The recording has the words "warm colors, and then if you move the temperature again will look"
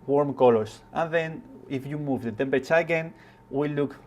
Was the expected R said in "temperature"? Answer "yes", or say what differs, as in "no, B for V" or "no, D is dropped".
no, R is dropped